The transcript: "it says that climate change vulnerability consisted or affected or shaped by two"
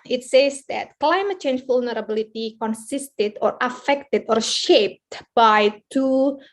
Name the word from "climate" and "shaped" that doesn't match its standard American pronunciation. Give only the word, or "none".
none